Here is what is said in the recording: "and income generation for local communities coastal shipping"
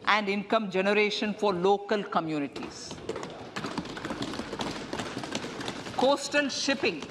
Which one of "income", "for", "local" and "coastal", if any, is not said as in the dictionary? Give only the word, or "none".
coastal